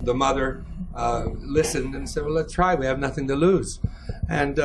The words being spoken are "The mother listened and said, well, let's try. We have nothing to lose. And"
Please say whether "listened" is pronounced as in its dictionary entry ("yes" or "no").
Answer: yes